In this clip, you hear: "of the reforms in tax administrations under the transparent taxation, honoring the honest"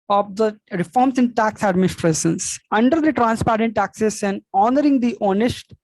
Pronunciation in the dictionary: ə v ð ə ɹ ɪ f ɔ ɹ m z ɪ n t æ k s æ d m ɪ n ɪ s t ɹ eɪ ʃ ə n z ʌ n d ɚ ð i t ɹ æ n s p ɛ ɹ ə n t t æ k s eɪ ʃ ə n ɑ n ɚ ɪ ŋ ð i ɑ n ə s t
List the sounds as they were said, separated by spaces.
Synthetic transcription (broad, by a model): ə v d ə ɹ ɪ f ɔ ɹ m s ɪ n t æ k s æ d m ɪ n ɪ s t ɹ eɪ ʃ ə n s ʌ n d ɚ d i t ɹ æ n s p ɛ ɹ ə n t t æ k s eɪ s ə n ɑ n ɚ ɪ ŋ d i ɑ n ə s t